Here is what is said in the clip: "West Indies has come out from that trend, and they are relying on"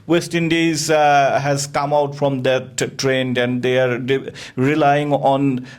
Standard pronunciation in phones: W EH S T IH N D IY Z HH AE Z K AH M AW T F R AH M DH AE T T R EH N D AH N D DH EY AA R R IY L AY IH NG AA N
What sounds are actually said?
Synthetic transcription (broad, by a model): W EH S T IH N D IY Z HH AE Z K AH M AW T F R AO M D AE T T R EH N D AH N D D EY AA R R IY L AY IH NG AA N